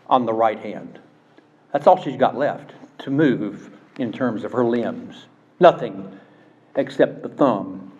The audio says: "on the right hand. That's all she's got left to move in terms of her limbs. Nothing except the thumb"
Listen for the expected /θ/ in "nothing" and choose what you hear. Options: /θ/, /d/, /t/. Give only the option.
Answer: /θ/